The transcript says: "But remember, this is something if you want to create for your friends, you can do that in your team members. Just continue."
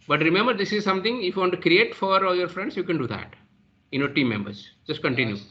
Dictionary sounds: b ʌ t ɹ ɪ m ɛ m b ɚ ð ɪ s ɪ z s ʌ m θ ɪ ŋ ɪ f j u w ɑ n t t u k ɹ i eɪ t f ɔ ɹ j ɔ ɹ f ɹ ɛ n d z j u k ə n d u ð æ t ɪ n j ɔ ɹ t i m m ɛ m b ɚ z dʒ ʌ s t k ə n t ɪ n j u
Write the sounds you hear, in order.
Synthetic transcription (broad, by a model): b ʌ t ɹ ɪ m ɛ m b ɚ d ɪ s ɪ z s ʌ m t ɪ ŋ ɪ f j u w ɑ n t t u k ɹ i eɪ t f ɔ ɹ j ɔ ɹ f ɹ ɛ n d s j u k ə n d u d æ t ɪ n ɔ t i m m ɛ m b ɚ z dʒ ʌ s t k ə n t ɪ n j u